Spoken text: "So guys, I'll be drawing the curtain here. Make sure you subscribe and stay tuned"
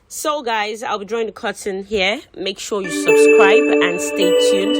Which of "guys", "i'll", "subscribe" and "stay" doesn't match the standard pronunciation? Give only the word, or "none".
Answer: none